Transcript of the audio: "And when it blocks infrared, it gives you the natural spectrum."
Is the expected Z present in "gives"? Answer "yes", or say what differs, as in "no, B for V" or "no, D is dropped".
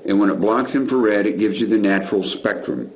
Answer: yes